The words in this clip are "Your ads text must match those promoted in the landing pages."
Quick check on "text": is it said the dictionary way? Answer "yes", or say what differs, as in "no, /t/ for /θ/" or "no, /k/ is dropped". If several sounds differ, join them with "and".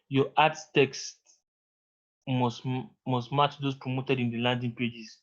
yes